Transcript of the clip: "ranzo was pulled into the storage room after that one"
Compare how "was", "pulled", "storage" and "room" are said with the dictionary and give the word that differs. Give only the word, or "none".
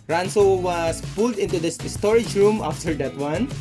was